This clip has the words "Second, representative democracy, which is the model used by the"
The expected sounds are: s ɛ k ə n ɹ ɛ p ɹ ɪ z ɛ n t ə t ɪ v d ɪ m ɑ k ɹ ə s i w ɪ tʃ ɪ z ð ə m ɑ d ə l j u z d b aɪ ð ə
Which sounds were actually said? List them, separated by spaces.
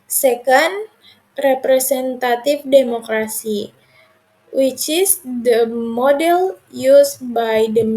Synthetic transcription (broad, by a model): s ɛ k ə n ɹ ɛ p ɹ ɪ s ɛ n t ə t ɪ f d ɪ m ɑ k ɹ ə s i w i tʃ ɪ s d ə m ɑ d ə l j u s b aɪ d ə